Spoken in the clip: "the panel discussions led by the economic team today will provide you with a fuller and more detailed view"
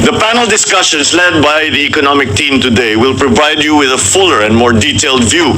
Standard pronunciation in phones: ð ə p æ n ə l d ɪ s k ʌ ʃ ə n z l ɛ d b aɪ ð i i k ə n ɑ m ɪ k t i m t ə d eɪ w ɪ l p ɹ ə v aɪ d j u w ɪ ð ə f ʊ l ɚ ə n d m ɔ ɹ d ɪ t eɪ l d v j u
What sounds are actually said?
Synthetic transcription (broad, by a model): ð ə p æ n ə l d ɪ s k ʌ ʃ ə n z l ɛ d b aɪ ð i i k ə n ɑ m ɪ k t i m t ə d eɪ w ɪ l p ɹ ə v aɪ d j u w ɪ ð ə f ʊ l ɚ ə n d m ɔ ɹ d ɪ t eɪ l d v j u